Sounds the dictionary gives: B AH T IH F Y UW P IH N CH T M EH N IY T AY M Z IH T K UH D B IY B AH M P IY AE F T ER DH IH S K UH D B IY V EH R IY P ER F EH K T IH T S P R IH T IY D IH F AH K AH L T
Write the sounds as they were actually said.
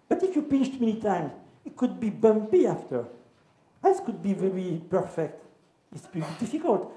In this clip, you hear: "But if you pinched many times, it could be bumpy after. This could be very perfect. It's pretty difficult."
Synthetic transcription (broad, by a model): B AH T IH F Y UW F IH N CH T M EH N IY T AY M Z IH T K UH D B IY B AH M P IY AE F T ER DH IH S K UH D B IY V EH R IY P ER F EH K T IH T S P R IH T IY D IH F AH K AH L T